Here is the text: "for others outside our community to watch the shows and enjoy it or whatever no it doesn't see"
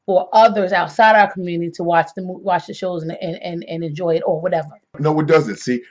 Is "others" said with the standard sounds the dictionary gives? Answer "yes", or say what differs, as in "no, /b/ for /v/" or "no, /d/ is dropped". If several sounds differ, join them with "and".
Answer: yes